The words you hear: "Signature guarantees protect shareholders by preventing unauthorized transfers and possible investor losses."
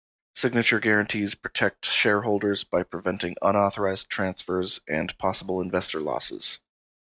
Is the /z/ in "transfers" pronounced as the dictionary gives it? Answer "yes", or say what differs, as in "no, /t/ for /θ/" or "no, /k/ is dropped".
yes